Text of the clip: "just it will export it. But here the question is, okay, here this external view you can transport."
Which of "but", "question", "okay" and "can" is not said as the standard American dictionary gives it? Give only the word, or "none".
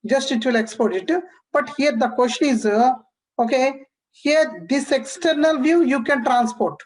question